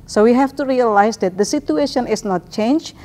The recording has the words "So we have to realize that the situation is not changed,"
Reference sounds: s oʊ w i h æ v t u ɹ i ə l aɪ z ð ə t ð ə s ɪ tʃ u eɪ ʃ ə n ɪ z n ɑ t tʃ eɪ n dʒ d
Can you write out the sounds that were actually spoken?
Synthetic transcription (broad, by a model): s oʊ w i h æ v t u ɹ i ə l aɪ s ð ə t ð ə s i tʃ u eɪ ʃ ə n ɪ s n ɑ t tʃ eɪ n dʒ